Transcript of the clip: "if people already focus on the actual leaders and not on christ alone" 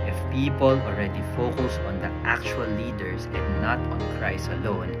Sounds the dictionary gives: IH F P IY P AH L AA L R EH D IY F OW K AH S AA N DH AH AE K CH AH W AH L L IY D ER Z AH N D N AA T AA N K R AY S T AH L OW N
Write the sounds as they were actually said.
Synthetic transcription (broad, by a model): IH F P IY P AH L AA L R EH D IY F OW K AH S AA N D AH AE K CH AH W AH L L IY D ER S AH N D N AA T AA N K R AY S AH L OW N